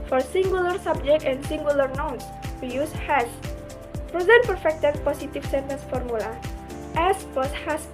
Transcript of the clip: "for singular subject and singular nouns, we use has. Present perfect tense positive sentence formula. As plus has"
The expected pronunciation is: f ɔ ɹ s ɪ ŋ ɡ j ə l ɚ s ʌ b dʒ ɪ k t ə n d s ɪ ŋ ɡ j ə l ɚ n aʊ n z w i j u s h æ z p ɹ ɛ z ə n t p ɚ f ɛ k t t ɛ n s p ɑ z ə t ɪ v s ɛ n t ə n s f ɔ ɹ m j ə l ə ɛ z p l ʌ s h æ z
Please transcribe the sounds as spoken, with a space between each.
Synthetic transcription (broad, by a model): f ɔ ɹ s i ŋ ɡ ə l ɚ s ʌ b dʒ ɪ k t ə n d s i ŋ ɡ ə l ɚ n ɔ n s w i j u s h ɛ s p ɹ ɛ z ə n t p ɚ f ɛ k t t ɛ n p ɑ s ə t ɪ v s ɛ n t ə n s f ɔ ɹ m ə l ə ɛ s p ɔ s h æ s